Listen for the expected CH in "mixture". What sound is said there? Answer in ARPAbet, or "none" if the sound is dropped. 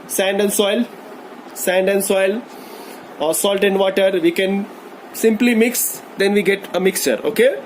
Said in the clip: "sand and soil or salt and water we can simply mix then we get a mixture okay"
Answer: CH